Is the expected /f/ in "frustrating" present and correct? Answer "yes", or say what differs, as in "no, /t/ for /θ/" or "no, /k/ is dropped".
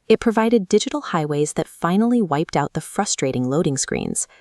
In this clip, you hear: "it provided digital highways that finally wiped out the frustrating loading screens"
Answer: yes